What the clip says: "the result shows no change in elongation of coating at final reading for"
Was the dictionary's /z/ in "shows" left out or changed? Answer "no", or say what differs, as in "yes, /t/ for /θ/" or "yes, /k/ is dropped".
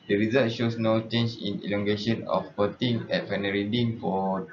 yes, /s/ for /z/